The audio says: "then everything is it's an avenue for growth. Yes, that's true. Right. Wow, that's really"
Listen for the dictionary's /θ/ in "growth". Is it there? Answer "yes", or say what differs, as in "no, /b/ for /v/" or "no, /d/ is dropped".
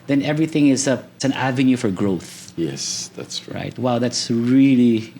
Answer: yes